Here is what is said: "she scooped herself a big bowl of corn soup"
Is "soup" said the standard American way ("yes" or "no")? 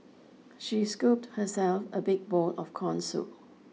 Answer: no